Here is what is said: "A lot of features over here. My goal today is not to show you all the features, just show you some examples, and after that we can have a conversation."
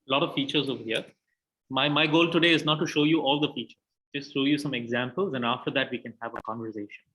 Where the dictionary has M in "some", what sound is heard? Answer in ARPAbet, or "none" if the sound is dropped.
M